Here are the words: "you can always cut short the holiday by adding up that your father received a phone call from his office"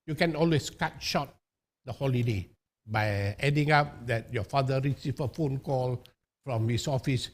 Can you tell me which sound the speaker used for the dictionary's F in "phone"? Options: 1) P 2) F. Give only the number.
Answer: 2